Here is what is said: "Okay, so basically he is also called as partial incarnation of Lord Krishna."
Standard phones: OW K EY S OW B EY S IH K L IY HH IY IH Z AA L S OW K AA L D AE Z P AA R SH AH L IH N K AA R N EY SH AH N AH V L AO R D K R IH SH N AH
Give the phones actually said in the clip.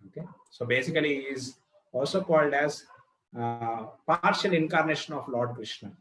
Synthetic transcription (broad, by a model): OW K EY S OW B EY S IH K IY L IY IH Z AA L S OW K AA L D AE Z P AA R SH AH L IH N K AA R N EY SH AH N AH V L AO R D K R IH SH N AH